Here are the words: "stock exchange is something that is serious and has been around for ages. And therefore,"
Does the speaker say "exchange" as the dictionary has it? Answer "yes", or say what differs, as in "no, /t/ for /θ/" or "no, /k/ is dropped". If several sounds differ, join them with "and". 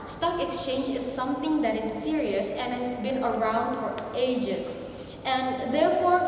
yes